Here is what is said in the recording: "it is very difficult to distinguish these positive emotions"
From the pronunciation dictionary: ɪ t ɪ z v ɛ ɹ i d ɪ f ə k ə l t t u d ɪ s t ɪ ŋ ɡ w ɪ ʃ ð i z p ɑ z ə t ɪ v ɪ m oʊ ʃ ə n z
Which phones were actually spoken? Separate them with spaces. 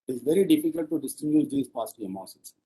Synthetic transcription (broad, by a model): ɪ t ɪ z v ɛ ɹ i d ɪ f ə k ə l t t u d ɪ s t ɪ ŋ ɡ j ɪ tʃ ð i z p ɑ s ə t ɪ ɪ m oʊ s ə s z